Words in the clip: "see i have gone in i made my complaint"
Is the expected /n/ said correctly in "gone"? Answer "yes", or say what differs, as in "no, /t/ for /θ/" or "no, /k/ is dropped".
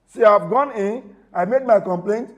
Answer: yes